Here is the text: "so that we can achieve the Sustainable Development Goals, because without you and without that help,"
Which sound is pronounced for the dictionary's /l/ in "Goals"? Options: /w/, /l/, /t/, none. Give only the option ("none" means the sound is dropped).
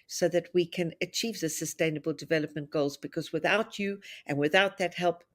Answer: /l/